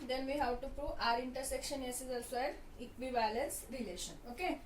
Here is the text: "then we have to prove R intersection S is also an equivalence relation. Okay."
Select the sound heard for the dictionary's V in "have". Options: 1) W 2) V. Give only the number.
1